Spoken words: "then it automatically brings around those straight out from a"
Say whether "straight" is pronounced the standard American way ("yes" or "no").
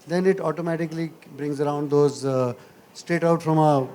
no